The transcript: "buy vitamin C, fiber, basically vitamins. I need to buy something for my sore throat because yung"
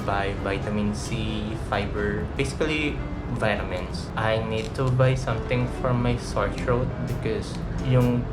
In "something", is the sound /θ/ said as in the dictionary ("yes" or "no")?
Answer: no